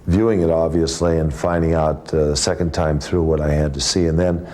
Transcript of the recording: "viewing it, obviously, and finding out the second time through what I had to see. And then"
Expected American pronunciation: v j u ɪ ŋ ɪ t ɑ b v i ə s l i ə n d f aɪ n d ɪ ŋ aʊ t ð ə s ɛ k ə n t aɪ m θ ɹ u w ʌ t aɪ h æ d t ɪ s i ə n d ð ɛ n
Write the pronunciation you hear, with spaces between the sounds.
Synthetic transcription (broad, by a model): v j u ɪ ŋ ɪ t ɑ b v i ə s l i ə n f aɪ n d ɪ ŋ aʊ t ð ə s ɛ k ə n t aɪ m θ ɹ u w ʌ t aɪ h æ d t ɪ s i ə n ð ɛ n